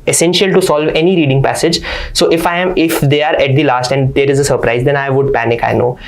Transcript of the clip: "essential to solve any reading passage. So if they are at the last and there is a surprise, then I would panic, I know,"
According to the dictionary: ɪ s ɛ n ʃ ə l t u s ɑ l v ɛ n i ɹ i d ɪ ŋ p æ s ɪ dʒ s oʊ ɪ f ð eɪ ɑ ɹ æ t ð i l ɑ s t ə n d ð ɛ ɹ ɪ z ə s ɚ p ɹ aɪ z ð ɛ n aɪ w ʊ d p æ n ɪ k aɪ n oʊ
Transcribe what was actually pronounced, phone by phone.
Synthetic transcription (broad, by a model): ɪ s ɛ n ʃ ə l t u s ɑ l v ɛ n i ɹ i d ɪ ŋ p æ s ɪ dʒ s oʊ ɪ f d eɪ ɑ ɹ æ t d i l ɑ s t ə n d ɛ ɹ ɪ z ə s ɚ p ɹ aɪ z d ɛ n aɪ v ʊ d p æ n ɪ k aɪ n oʊ